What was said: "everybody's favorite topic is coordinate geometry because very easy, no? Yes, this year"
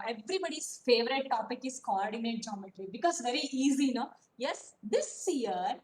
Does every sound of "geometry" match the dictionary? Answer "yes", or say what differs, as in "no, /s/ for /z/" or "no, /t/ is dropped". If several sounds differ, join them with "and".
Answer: no, /l/ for /ɹ/